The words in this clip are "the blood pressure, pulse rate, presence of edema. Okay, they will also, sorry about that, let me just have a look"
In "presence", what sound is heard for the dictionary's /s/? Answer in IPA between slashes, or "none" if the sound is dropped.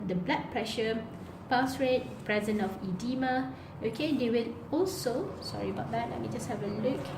none